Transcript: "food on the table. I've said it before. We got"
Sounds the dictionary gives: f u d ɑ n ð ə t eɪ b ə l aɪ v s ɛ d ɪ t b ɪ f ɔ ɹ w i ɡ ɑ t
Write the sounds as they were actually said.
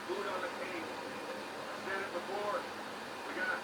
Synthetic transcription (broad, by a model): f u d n ð ə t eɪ ə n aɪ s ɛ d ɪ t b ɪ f ɔ ɹ w i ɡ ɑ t